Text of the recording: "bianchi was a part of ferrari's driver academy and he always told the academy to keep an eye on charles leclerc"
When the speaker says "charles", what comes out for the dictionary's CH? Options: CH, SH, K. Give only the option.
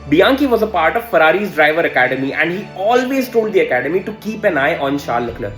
SH